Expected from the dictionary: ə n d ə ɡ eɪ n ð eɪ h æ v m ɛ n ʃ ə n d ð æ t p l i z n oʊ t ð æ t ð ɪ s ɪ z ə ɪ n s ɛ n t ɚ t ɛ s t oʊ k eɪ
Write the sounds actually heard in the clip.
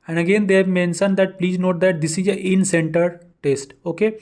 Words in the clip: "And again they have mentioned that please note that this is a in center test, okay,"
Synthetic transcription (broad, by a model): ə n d ə ɡ eɪ n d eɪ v m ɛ n s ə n d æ t p l i z n oʊ t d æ t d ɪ s ɪ z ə ɪ n s ɛ n t ɚ t ɛ s t oʊ k eɪ